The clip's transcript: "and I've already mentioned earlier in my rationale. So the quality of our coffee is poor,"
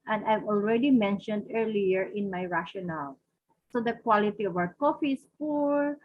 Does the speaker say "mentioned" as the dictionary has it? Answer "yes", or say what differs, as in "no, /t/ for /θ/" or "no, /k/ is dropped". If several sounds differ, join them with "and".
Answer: yes